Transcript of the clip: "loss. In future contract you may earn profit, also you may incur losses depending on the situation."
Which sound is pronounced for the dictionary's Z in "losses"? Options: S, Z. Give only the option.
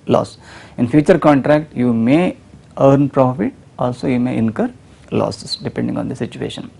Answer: S